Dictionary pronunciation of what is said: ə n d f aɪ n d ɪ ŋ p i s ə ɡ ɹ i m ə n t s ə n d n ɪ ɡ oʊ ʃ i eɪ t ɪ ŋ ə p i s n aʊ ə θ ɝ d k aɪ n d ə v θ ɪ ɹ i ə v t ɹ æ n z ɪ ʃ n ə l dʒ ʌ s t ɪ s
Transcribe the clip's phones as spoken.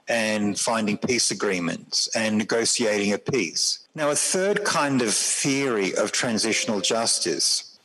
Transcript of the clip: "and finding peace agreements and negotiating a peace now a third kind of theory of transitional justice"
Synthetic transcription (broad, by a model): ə n f aɪ n d ɪ ŋ p i s ə ɡ ɹ i m ə n t s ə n n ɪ ɡ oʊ s i eɪ t ɪ ŋ ə p i s n aʊ ə θ ɝ d k aɪ n d ə v θ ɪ ɹ i ə v t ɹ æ n z ɪ ʃ n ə l dʒ ʌ s t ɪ s